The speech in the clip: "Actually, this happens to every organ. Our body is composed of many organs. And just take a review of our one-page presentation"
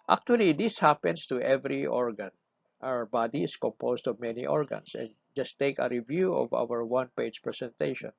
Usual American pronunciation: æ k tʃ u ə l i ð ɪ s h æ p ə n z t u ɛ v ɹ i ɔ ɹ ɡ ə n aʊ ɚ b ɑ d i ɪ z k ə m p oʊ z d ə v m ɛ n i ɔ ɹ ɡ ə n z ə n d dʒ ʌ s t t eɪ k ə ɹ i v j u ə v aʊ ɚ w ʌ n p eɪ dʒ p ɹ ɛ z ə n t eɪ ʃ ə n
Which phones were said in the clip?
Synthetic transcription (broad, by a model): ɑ k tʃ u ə l i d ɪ s h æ p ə n s t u ɛ v ɹ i ɔ ɹ ɡ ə n aʊ ɚ b ɑ d i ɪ s k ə m p oʊ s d ə v m ɛ n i ɔ ɹ ɡ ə n s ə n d dʒ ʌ s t t eɪ k ə ɹ i v j u ə v aʊ ɚ w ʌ n p eɪ dʒ p ɹ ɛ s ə n t eɪ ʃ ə n